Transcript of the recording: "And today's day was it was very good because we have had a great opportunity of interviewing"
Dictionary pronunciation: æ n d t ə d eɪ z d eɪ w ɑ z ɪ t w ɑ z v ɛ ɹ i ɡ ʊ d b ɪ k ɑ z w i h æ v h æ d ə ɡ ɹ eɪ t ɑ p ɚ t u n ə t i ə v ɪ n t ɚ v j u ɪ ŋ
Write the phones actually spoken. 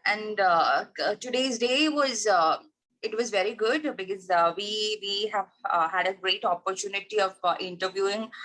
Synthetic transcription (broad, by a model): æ n d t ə d eɪ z d eɪ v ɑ z ɪ t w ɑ z v ɛ ɹ i ɡ ʊ d b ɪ k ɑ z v i h æ v h æ d ə ɡ ɹ eɪ t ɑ p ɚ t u n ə t i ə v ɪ n t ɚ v j u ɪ ŋ